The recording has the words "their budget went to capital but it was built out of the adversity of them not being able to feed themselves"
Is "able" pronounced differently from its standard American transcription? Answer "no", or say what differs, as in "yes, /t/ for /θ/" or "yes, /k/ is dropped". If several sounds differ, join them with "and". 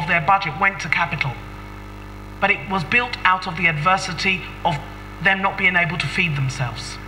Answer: no